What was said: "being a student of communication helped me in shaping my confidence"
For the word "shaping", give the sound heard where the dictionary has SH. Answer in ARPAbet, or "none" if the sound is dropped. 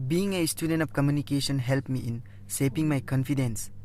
S